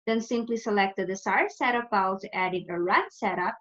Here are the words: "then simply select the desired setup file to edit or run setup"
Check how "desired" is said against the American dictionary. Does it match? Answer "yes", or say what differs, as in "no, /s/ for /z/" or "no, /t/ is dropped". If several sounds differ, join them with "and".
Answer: no, /s/ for /z/